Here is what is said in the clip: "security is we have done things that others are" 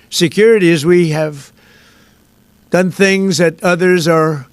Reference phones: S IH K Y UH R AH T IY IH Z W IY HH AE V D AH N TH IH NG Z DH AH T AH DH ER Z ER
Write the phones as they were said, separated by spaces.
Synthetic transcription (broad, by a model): S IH K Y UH R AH T IY IH Z W IY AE V D AH N TH IH NG Z DH AH T AH DH ER Z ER